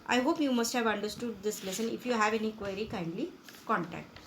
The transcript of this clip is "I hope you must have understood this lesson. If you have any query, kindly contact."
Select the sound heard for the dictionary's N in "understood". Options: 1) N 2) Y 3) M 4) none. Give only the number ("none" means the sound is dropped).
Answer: 1